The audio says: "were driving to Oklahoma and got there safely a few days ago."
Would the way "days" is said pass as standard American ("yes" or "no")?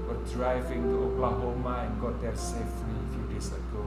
no